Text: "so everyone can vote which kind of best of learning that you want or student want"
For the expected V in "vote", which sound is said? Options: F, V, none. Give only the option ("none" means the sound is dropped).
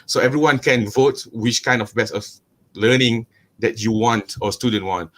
V